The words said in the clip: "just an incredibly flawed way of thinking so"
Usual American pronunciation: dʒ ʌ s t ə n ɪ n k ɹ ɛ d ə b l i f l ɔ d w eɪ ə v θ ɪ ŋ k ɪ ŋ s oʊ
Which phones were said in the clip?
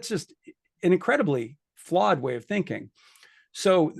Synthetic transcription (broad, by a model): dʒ ʌ s t ə n ɪ n k ɹ ɛ d ə b l i f l ɔ d w eɪ ə v θ ɪ ŋ k ɪ ŋ s oʊ